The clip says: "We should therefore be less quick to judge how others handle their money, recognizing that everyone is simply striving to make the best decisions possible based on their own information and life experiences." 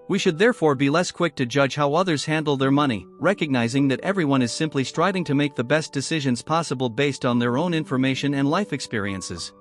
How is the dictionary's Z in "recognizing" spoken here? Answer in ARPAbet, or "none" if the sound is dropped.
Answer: Z